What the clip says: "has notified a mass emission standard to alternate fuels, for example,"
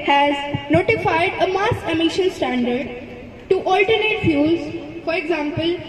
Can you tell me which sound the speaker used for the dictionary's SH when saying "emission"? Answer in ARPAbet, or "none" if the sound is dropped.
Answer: SH